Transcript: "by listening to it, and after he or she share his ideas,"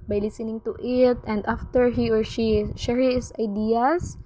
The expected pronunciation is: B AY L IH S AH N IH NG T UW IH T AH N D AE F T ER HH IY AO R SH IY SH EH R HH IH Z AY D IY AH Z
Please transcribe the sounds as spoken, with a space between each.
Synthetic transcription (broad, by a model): B AY L IH S AH N IH NG T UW IH T AH N D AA F T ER HH IY AO R SH IY SH EH R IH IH S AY D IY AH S